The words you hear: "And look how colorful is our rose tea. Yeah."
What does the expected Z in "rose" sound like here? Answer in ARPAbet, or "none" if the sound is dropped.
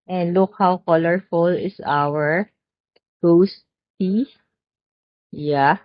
S